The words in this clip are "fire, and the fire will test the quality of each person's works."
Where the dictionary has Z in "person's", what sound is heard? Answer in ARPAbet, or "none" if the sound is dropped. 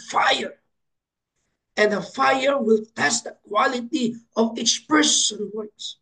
none